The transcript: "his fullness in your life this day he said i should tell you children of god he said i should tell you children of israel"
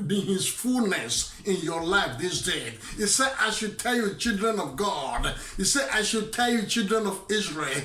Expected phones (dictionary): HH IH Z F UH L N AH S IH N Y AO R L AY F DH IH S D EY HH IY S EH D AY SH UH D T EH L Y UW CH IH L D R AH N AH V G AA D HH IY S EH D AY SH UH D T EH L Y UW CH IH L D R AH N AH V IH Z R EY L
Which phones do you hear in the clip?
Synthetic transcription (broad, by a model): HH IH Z F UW L N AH S IH N Y AO R L AY F DH IH S D EY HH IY S EH D AY SH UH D T EH L Y UW CH IH L D R AH N AH V G AA D HH IY S EH D AY SH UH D T EH L Y UW CH IH L D R AH N AH V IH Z R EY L